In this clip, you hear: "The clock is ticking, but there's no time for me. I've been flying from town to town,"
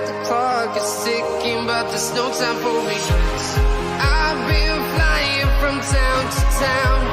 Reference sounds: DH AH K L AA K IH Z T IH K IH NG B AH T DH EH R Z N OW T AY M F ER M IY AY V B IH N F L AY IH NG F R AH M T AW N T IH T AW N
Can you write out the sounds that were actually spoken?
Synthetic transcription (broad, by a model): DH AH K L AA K IH Z S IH K IH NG B AH T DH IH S N OW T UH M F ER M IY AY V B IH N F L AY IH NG F R AH M T AW N T IH T AW N